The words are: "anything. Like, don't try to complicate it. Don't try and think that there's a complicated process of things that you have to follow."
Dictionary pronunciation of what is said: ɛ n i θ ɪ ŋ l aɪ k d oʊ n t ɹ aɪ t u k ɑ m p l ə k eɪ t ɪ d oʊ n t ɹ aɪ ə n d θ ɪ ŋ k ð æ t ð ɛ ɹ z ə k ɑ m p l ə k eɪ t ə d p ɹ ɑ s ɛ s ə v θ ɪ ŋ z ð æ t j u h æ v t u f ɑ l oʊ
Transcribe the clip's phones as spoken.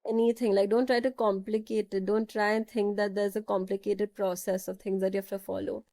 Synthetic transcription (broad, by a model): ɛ n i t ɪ ŋ l aɪ k d oʊ n t ɹ aɪ t u k ɑ m p l ə k eɪ t ɪ d oʊ n t ɹ aɪ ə n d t ɪ ŋ k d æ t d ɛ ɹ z ə k ɑ m p l ə k eɪ t ə d p ɹ ɑ s ɛ s ə v t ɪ ŋ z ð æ t j u h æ f t u f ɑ l oʊ